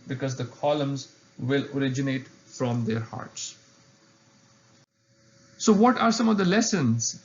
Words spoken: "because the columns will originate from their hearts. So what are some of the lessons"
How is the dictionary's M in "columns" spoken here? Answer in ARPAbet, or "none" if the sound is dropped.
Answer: M